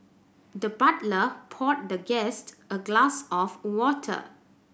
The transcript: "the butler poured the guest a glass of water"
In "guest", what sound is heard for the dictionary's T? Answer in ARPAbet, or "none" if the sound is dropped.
T